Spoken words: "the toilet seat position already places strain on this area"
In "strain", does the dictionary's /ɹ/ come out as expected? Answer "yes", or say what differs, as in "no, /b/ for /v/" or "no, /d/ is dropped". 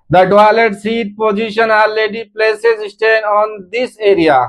no, /ɹ/ is dropped